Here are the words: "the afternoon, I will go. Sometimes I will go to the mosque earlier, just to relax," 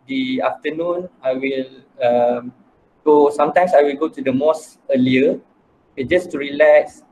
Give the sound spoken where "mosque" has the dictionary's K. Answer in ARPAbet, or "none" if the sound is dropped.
none